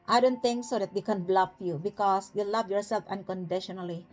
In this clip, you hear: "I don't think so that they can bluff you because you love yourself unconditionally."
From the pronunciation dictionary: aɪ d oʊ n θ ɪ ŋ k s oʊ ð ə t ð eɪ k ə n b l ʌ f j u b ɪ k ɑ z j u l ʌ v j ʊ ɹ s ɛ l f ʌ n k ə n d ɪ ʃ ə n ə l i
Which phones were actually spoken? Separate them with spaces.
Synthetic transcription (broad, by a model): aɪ d oʊ n t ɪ ŋ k s oʊ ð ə t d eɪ k ə n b l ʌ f j u b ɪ k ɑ s j u l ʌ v j ʊ ɹ s ɛ l f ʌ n k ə n d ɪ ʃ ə n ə l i